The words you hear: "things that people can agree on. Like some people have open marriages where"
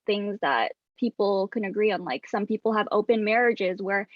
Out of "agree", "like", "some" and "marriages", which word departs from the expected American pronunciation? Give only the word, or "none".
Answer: none